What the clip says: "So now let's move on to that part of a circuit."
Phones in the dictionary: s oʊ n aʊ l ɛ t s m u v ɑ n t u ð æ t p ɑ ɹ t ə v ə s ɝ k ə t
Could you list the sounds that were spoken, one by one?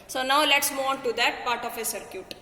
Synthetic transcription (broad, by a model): s oʊ n aʊ l ɛ t s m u ɑ n t u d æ t p ɑ ɹ t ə f ə s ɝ k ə t